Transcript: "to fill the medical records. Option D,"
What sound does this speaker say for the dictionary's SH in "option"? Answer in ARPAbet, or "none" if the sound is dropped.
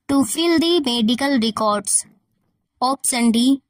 S